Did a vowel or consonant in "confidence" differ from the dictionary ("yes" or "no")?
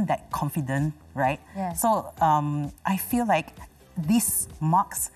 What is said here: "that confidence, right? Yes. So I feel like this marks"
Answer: yes